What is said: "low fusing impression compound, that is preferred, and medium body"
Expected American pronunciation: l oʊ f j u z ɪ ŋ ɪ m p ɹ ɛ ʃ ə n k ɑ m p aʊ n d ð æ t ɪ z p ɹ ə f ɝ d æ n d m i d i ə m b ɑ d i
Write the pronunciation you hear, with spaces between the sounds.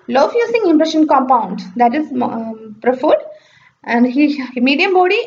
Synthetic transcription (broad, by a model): l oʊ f j u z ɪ ŋ ɪ m p ɹ ɛ ʃ ə n k ɑ m p aʊ n d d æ t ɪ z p ɹ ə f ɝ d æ n d m i d i ə m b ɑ d i